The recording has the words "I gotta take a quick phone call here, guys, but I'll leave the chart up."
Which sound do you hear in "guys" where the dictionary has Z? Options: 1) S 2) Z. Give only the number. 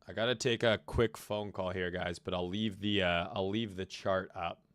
2